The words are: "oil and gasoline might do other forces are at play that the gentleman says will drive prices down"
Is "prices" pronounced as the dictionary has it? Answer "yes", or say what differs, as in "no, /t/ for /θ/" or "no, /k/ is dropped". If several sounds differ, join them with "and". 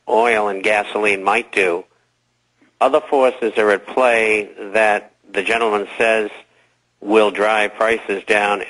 yes